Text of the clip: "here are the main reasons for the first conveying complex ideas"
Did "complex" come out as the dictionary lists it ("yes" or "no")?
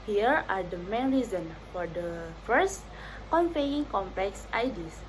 yes